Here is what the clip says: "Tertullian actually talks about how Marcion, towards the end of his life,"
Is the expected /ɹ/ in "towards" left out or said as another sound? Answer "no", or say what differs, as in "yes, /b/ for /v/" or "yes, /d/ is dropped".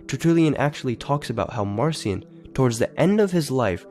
no